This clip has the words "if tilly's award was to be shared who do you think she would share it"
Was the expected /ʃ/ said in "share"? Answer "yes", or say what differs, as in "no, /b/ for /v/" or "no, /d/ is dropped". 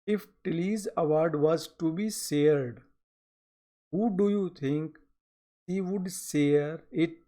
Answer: no, /s/ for /ʃ/